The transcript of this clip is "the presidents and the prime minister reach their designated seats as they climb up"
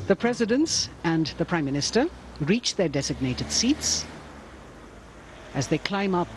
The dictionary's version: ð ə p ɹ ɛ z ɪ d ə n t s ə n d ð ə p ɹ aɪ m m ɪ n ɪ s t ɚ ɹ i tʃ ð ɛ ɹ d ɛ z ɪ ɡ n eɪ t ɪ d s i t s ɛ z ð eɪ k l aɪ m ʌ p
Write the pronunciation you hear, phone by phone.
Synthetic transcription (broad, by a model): ð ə p ɹ ɛ z ɪ d ə n t s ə n ð ə p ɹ aɪ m m ɪ n ɪ s t ɚ ɹ i tʃ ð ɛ ɹ d ɛ z ɪ ɡ n eɪ t ɪ d s i t s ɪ z ð eɪ k l aɪ m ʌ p